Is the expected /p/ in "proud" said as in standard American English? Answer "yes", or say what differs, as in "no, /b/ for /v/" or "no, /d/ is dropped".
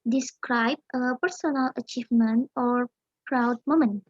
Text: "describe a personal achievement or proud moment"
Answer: yes